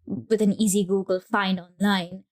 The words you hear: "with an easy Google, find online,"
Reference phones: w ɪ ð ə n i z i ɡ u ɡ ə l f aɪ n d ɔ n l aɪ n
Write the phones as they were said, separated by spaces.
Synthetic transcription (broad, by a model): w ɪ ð ə n i z i ɡ u ɡ ə l f aɪ n ɔ n l aɪ n